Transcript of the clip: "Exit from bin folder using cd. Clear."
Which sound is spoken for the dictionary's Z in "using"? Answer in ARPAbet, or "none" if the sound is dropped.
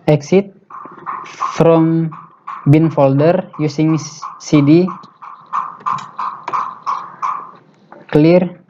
S